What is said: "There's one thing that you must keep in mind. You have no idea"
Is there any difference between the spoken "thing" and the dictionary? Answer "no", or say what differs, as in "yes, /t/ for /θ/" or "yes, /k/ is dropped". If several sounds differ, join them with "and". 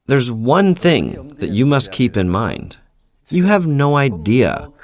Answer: no